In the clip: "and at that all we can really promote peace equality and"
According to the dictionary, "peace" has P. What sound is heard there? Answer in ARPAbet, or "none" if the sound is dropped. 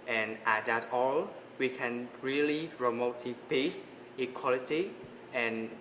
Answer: B